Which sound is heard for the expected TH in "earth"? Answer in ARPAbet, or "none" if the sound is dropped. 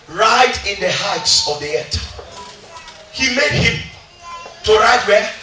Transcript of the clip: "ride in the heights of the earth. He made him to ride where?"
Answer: T